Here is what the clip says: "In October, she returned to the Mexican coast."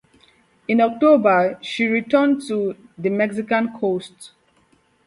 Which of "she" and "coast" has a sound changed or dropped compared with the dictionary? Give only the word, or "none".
none